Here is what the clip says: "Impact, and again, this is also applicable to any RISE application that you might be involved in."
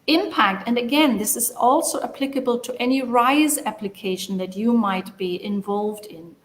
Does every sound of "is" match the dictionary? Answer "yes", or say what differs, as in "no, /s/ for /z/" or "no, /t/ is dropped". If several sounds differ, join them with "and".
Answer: yes